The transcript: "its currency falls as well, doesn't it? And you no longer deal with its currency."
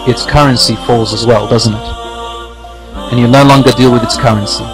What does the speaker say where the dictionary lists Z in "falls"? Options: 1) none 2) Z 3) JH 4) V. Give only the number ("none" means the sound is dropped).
2